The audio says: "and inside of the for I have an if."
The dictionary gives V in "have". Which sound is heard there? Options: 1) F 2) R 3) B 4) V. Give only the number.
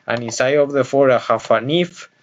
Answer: 1